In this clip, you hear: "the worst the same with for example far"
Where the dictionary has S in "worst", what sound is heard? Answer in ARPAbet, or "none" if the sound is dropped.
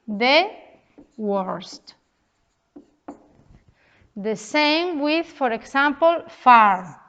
S